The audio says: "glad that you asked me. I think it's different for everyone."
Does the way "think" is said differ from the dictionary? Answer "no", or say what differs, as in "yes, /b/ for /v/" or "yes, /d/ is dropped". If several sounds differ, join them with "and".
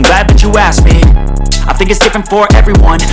no